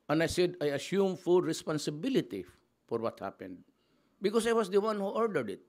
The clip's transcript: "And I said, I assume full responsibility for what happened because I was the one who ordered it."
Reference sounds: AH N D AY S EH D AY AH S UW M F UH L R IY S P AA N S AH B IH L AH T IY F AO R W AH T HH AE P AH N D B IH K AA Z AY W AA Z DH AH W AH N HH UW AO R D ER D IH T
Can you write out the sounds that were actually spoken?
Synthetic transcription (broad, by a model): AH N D AY S EH D AY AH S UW M F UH L R IY S P AA N S AH B IH L AH T IY F AO R W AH T HH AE P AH N D B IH K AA S AY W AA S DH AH W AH N HH UW AO R D ER D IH T